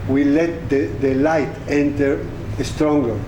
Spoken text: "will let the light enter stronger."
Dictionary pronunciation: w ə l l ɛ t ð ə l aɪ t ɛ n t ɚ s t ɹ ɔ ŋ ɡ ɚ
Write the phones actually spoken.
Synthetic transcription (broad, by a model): w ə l l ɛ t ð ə l aɪ t ɛ n t ɚ s t ɹ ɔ ŋ ɡ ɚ